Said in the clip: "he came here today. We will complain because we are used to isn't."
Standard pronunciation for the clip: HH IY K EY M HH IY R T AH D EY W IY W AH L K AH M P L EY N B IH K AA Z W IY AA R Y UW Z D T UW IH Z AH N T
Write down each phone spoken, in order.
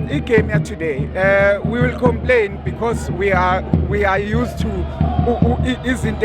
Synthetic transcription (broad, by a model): IY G EY M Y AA T AH D EY W IY W AH L K AH M P L EY N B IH K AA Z W IY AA W Y UW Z T UW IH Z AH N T